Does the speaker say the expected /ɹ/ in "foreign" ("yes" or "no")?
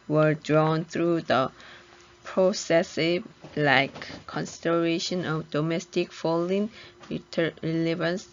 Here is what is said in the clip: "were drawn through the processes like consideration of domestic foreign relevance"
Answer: no